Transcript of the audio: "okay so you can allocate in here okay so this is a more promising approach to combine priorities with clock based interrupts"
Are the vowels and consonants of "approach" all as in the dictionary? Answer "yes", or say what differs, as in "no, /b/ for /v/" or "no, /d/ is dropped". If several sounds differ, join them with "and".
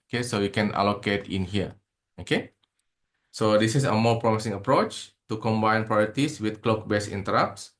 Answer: yes